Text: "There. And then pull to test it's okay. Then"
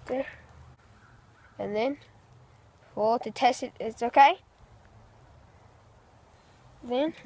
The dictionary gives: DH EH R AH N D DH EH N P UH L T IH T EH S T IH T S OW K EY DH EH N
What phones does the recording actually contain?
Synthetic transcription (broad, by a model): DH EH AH N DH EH N F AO T IH T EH S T IH T S OW K EY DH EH N